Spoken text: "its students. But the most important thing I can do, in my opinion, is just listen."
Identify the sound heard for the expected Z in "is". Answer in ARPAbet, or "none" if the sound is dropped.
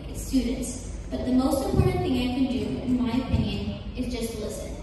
Z